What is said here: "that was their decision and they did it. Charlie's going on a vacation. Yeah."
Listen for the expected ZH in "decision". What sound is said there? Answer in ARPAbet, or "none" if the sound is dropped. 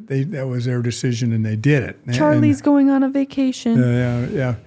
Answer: ZH